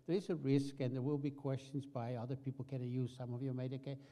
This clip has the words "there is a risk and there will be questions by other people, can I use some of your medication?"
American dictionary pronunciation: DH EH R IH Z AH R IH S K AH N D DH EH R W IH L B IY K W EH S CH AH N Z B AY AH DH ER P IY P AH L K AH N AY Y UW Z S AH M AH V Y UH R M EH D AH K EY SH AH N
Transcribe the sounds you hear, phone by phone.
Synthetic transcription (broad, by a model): DH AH R IH Z AH R IH S K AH N DH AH R W IH L B IY K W EH S CH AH N Z B AY AH DH ER P IY P L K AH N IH Y UW Z S AH M AH V Y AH R M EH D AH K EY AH